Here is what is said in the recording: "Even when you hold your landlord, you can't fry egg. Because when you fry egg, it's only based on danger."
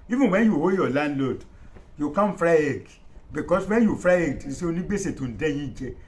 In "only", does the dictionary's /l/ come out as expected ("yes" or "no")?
no